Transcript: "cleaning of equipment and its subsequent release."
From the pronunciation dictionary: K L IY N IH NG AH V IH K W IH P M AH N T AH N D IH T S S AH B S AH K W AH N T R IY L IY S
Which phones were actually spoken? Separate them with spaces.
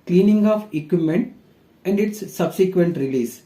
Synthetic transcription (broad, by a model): K L IY N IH NG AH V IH K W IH M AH N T AH N D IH T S S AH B S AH K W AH N T R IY L IY S